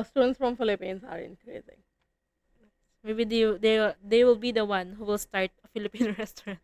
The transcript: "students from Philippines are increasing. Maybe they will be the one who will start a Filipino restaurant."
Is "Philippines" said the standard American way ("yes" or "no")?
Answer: no